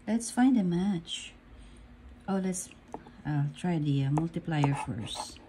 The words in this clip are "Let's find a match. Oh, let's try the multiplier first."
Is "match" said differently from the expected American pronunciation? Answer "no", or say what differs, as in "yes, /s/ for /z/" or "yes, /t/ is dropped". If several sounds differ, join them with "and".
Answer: no